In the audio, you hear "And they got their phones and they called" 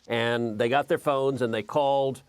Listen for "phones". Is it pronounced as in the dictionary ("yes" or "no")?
yes